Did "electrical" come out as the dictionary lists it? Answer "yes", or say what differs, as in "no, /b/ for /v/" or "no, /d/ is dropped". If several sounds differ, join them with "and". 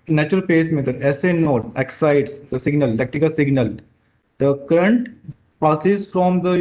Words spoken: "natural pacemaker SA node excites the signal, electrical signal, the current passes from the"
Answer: no, /ɹ/ is dropped